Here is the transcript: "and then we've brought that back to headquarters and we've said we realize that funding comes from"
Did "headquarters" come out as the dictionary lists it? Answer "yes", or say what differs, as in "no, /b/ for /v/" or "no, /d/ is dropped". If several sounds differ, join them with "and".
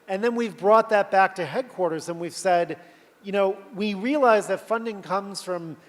yes